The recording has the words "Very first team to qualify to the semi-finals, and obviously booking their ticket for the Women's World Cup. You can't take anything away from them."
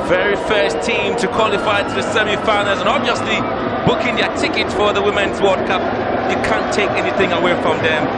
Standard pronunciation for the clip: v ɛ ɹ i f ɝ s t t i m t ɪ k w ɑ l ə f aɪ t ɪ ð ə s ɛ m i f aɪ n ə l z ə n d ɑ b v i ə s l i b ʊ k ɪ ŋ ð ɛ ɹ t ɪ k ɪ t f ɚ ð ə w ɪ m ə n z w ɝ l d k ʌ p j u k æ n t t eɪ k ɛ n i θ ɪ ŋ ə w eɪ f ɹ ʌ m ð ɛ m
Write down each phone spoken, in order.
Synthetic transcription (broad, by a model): v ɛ ɹ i f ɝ s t t i m t ɪ k w ɑ l ə f aɪ t ɪ ð ə s ɛ m i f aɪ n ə z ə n ɑ b v i ə s l i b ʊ k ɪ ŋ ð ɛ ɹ t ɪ k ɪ t f ɚ ð ə w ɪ m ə n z w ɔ d k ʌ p j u k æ n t t eɪ k ɛ n i θ ɪ ŋ ə w eɪ f ɹ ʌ m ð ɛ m